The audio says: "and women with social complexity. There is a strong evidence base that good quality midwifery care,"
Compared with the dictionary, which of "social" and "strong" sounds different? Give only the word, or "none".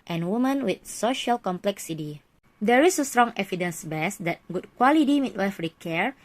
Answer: none